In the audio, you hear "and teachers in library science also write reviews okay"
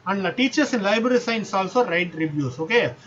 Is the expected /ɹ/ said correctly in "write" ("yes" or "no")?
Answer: yes